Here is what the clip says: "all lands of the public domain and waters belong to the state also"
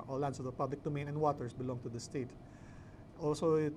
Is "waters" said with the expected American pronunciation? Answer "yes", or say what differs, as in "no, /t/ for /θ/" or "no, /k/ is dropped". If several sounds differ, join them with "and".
no, /s/ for /z/